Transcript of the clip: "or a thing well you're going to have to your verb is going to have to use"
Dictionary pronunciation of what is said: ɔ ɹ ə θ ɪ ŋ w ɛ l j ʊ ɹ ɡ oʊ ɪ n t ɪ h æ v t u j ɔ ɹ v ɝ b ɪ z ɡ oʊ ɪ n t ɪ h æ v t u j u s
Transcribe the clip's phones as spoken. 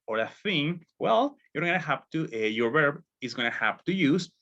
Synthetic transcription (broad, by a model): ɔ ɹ ə θ ɪ ŋ w ɛ l j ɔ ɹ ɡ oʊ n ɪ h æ p t u j ɔ ɹ v ɝ b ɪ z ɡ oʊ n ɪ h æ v t u j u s